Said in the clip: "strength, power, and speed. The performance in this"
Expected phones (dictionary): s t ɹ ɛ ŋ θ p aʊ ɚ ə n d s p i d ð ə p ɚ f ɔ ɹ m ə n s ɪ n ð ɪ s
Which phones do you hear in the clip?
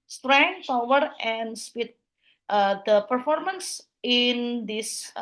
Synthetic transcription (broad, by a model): s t ɹ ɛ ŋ p aʊ ɚ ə n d s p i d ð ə p ɚ f ɔ ɹ m ə n s ɪ n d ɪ s